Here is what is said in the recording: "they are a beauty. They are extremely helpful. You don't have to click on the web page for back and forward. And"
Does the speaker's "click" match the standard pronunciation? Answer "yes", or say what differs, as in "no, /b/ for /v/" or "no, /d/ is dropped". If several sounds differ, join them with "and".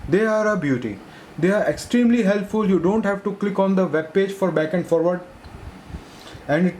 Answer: yes